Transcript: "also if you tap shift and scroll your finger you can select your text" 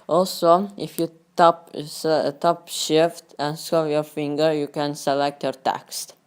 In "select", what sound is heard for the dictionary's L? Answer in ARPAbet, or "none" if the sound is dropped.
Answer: L